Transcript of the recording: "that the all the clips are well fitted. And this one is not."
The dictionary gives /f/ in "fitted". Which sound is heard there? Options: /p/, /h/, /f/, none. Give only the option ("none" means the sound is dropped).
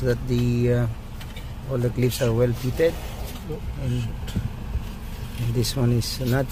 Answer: /p/